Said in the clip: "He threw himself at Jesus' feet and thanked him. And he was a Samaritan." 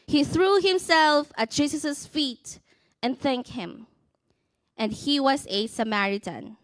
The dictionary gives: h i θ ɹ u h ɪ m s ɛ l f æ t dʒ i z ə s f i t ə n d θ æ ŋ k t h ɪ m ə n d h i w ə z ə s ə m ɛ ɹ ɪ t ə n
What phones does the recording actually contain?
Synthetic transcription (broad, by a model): h i θ ɹ u h ɪ m s ɛ l f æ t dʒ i s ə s f i t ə n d θ æ ŋ k t h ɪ m ə n d h i w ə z ə s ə m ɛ ɹ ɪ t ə n